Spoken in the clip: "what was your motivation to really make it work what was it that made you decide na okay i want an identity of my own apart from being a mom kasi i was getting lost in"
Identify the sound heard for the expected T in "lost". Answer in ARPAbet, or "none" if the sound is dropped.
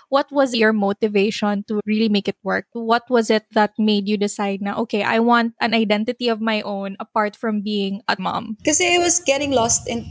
T